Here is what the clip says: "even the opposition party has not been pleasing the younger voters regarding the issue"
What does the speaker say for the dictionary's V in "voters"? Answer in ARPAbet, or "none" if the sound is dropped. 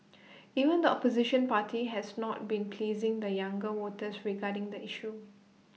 W